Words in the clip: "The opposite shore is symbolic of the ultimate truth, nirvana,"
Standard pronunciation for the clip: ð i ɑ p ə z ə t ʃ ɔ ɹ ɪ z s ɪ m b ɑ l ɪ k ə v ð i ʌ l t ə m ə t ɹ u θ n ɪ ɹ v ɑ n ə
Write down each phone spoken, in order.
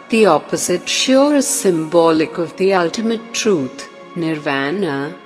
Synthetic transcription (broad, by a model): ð i ɑ p ə z ə t ʃ ɔ ɹ ɪ z s ɪ m b ɑ l ɪ k ə v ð i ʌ l t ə m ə t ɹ u t n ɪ ɹ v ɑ n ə